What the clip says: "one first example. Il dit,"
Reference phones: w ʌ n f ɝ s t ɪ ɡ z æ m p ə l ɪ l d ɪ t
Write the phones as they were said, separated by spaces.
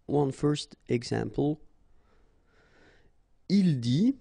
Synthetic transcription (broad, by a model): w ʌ n f ɝ s t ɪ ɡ s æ m p ə l ɪ l d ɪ